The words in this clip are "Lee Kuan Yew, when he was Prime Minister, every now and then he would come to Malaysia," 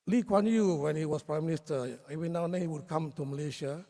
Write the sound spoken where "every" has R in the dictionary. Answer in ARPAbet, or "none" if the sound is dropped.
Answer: none